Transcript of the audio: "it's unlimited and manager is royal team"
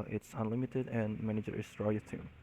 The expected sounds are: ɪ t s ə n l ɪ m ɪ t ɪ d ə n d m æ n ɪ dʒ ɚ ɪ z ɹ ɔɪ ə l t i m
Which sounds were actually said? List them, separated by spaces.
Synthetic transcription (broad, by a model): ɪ t s ə n l ɪ m ɪ t ɪ d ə n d m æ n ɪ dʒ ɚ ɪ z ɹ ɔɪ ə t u